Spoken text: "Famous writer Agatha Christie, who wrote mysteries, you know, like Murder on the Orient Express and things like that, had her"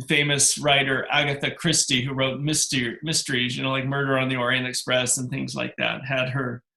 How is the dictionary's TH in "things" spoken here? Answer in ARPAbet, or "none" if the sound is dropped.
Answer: TH